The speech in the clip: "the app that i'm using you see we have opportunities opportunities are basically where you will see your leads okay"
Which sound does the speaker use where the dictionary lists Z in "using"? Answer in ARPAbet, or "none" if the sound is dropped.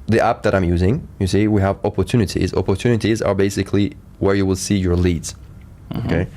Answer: Z